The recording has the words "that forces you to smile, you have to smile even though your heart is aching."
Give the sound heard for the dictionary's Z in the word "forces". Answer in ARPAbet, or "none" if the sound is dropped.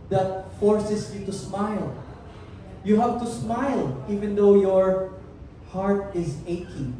S